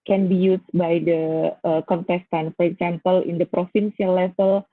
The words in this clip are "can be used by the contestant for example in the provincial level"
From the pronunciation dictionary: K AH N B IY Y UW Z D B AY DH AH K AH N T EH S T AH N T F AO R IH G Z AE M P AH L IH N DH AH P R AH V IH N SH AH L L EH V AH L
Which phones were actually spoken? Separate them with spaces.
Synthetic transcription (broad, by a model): K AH N B IY Y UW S B AY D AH K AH N T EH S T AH N F AO R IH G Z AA M P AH L IH N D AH P R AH F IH N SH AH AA L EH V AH L